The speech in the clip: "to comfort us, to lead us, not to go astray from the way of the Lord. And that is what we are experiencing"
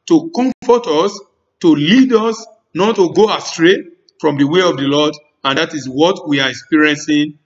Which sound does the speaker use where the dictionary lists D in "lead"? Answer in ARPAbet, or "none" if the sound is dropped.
D